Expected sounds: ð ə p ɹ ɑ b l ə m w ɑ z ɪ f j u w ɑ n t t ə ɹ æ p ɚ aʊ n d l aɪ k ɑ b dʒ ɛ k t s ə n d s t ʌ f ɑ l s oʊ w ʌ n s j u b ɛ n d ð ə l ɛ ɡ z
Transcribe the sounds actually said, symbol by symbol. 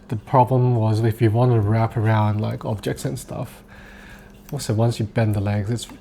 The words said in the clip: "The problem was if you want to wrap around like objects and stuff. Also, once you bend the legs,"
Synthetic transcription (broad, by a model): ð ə p ɹ ɑ b l ə m w ɑ z ɪ f j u w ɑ n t t ə ɹ æ p ɚ aʊ n d l aɪ k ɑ b dʒ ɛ k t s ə n s t ʌ f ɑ s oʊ w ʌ n s j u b ɛ n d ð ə l ɛ ɡ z